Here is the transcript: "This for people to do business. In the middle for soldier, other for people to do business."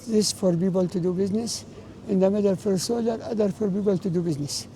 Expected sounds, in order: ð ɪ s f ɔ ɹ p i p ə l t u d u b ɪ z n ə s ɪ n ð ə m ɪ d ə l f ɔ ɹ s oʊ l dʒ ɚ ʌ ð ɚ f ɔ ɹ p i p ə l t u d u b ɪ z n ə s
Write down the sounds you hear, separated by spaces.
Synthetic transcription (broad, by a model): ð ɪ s f ɔ ɹ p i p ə l t u d u b ɪ z n ə s ɪ n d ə m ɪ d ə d f ɔ ɹ s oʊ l ɚ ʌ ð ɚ f ɔ ɹ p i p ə l t u d u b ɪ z n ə s